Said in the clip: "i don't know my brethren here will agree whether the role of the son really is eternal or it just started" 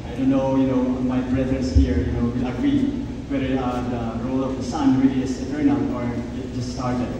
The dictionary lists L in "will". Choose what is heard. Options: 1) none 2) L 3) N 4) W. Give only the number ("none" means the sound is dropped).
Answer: 4